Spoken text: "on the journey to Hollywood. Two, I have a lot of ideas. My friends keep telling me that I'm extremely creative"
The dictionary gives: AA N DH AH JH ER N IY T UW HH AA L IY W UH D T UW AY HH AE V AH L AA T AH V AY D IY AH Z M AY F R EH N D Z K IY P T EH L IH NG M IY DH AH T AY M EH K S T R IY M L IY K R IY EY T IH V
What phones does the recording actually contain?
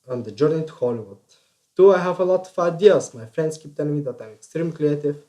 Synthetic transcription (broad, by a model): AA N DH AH JH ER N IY T UW HH AA L IY W UH D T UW AY HH AE V AH L AA T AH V AY D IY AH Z M AY F R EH N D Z K IY P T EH N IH M IY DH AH T AY M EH K S T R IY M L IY K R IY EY T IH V